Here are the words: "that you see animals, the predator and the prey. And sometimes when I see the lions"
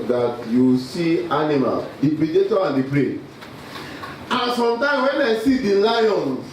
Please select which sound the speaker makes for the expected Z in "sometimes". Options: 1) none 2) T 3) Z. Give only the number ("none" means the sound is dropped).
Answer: 1